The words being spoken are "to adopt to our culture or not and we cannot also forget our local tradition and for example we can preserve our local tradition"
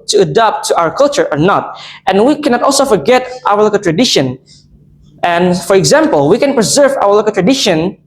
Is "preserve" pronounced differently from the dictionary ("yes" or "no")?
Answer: no